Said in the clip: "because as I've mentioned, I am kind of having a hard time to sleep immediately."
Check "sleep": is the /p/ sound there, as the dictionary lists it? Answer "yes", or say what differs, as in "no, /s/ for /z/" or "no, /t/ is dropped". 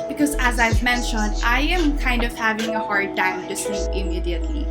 no, /p/ is dropped